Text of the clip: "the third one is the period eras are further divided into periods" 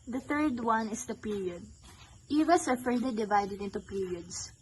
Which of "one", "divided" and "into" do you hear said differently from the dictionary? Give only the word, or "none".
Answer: none